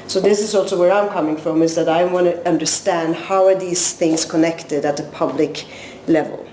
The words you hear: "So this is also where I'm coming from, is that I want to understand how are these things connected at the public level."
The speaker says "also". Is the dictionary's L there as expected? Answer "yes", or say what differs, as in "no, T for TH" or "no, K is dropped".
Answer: yes